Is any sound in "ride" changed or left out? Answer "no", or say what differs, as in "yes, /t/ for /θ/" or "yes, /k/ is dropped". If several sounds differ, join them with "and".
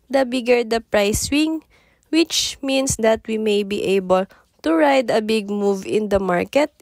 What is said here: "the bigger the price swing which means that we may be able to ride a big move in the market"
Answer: no